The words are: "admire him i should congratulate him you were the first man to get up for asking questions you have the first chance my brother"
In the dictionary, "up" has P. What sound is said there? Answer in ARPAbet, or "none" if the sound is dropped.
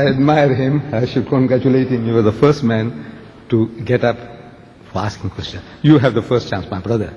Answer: P